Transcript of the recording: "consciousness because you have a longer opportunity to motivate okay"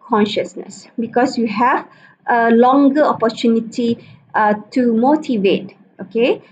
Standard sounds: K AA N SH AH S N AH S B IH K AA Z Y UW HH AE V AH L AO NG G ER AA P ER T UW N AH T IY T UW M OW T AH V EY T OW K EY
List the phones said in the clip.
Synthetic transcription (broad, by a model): K AA N SH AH S N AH S B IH K AA S Y UW HH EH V AH L AO NG G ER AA P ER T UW N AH T IY T UW M OW T AH V EY T OW K EY